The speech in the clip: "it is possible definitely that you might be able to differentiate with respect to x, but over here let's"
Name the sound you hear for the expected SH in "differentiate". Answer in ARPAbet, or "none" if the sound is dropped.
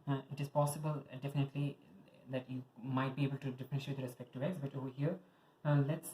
none